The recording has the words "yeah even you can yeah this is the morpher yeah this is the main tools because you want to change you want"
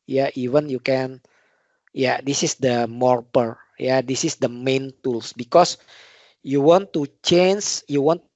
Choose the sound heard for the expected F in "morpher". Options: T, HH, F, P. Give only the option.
P